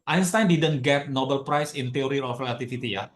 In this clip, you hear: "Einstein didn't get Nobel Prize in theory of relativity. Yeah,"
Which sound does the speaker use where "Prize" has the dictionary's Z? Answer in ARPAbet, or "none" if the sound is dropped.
S